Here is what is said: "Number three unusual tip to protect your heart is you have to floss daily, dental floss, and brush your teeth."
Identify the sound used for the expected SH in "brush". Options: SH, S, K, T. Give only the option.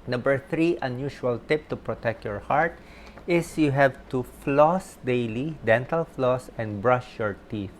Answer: SH